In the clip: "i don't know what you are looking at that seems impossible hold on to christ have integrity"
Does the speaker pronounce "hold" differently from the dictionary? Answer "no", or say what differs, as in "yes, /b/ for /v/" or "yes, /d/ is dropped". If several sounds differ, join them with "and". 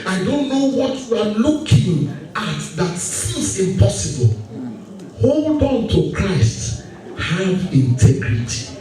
no